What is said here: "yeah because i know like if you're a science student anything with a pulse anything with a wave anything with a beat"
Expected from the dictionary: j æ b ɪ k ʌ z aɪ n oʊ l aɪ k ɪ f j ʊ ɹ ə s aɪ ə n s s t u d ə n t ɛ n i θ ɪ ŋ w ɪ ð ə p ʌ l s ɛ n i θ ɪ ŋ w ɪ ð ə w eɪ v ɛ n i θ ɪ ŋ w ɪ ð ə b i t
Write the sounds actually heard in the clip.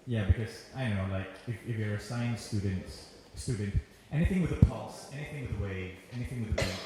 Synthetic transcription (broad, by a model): j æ b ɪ k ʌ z aɪ n oʊ l aɪ k ɪ f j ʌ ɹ ə s aɪ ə n s s t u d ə n t ɛ n i θ ɪ ŋ w ɪ ð ə p ʌ l s ɛ n i θ ɪ ŋ w ɪ ð ə w eɪ v ɛ n i θ ɪ ŋ w ɪ ð ə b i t